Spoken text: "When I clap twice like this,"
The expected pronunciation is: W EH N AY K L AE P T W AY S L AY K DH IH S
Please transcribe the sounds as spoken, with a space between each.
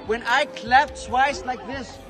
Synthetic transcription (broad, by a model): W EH N AY K L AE F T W AY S L AY K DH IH S